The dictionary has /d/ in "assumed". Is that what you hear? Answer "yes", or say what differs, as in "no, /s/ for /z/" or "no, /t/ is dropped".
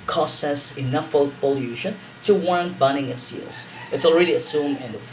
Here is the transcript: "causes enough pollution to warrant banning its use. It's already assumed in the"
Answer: no, /d/ is dropped